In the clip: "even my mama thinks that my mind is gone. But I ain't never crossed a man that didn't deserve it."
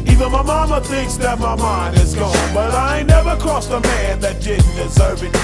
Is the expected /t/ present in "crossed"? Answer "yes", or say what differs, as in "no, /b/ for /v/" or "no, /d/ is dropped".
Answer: no, /t/ is dropped